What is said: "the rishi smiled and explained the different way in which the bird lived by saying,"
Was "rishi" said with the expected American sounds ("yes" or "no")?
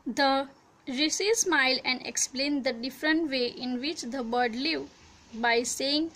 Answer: no